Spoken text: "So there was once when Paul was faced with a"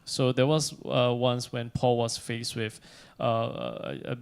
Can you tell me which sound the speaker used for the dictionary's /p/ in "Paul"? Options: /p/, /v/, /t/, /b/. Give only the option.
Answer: /p/